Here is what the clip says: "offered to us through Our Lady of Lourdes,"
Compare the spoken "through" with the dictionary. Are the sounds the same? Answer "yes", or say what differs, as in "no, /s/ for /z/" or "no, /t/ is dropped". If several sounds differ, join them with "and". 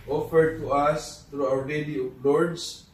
no, /t/ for /θ/